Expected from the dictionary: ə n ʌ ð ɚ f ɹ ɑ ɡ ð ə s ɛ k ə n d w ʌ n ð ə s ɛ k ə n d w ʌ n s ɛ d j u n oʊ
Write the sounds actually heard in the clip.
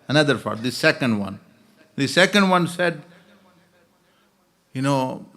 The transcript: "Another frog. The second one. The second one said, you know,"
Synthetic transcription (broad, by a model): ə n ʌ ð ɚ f ɑ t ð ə s ɛ k ə n d w ʌ n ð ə s ɛ k ə n d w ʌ n s ɛ d j u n oʊ